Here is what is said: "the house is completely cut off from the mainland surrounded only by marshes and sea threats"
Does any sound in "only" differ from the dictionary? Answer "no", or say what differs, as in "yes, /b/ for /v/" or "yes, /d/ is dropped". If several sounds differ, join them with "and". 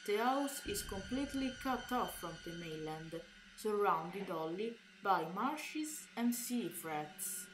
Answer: yes, /n/ is dropped